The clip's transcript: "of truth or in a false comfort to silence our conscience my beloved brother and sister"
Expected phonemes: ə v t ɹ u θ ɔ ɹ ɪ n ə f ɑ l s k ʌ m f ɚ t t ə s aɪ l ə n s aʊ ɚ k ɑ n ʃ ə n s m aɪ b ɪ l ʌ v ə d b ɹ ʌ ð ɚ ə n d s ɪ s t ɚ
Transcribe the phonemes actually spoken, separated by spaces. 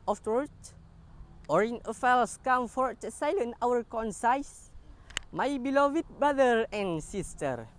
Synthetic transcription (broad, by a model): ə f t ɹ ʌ t ɔ ɹ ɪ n ə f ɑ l s k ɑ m f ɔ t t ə s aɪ l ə n aʊ ɚ k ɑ n s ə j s m aɪ b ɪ l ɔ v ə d b ɹ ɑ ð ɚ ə n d s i s t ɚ